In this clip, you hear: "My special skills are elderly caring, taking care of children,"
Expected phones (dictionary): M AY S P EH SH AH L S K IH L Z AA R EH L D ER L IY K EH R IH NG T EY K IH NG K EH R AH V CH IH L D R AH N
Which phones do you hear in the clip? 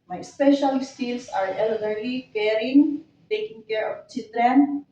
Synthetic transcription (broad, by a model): M AY S P EH SH AH L S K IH L S AA R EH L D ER L IY K EH R IH NG T EY K IH NG K EH R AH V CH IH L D R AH N